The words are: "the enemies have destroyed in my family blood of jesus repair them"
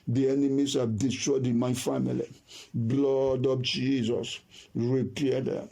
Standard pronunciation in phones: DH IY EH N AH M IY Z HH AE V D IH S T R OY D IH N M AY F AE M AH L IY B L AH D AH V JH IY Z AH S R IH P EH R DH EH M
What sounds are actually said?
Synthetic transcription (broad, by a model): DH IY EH N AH M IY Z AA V D IH S T R OY D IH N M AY F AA M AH L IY B L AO D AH P JH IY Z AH S R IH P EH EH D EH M